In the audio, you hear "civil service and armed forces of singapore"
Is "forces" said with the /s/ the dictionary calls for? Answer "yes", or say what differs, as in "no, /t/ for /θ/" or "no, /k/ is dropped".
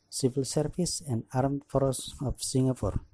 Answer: no, /s/ is dropped